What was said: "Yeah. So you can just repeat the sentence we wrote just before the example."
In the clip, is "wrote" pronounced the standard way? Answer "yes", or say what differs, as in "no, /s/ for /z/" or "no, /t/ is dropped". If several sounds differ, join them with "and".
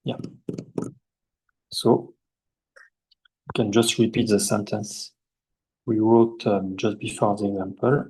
no, /w/ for /ɹ/